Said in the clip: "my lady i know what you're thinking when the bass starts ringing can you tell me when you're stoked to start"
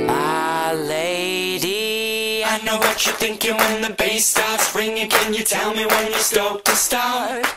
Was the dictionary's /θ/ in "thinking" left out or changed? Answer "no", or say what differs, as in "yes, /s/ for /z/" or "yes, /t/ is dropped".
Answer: no